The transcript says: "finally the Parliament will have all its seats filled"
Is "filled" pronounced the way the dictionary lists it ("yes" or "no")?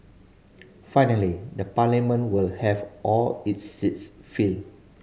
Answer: no